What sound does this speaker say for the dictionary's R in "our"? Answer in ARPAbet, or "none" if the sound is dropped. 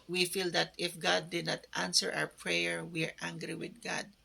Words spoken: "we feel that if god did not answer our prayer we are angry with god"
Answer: W